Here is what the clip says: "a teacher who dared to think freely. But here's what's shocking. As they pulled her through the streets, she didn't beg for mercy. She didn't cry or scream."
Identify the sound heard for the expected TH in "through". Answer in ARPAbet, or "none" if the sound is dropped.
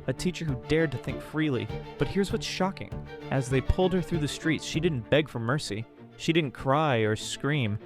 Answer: TH